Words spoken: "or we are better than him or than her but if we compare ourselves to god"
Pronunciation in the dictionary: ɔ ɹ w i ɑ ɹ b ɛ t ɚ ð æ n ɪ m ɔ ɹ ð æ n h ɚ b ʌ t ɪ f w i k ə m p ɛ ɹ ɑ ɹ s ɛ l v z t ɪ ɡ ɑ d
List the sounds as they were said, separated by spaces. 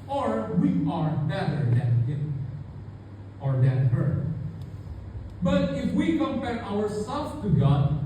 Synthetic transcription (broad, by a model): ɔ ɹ w i ɑ ɹ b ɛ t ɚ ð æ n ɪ ɔ ɹ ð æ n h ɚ b ʌ t ɪ f w i k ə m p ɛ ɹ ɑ ɹ s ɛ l z t ɪ ɡ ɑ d